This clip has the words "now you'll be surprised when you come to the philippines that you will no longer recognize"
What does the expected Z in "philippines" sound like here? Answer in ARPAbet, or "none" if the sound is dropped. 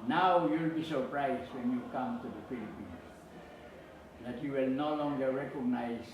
S